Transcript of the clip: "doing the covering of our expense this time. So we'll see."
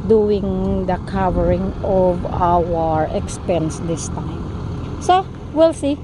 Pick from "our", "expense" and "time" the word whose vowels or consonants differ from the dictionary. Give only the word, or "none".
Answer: none